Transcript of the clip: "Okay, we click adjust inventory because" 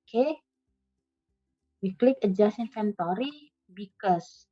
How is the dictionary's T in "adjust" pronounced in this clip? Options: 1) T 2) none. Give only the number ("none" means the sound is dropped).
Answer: 2